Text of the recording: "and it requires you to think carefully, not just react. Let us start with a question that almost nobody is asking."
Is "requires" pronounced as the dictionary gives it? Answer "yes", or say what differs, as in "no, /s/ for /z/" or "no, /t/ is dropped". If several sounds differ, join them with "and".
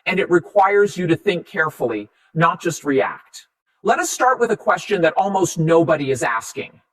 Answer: yes